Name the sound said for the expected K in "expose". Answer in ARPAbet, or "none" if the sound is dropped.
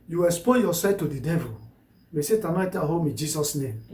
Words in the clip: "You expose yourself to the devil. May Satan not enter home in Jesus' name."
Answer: none